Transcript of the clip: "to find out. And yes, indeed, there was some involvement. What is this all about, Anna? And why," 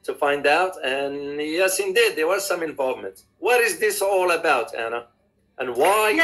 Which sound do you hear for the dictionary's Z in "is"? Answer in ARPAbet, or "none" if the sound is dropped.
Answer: Z